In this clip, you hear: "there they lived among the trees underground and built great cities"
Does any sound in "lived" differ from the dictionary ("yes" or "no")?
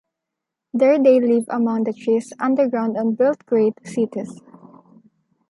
yes